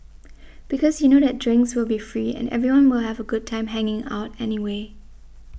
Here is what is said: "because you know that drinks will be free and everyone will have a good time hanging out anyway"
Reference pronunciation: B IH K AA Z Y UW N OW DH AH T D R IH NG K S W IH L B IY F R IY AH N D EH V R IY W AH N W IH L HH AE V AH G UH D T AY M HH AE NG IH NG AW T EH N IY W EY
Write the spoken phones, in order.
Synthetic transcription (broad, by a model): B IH K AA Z Y UW N OW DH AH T D R IH NG K S W IH L B IY F R IY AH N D EH V R IY W AH N W IH L HH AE V AH G UH D T AY M HH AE NG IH NG AW T EH N IY W EY